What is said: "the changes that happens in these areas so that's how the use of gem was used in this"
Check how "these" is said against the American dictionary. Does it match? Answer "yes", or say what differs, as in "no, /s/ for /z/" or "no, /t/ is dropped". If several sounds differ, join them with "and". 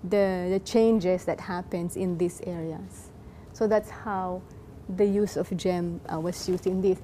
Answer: no, /s/ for /z/